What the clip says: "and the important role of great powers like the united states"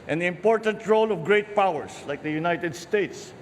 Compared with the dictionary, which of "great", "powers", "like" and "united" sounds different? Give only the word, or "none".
powers